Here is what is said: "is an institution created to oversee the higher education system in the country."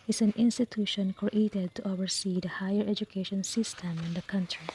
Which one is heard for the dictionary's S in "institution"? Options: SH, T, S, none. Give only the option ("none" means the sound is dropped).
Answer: S